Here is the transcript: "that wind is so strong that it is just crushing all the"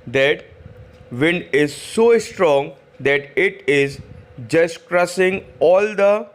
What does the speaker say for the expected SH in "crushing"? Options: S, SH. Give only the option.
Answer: S